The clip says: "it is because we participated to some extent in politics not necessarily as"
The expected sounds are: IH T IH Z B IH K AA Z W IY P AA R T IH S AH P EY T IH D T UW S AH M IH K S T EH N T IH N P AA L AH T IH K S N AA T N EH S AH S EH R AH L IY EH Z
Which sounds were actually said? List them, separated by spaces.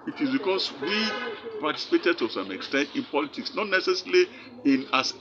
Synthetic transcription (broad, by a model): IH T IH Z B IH K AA S W IY P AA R T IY S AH P EY T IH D T UW S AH M IH K S T EH N T IH N P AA L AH T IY K S N AA T N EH S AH S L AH IY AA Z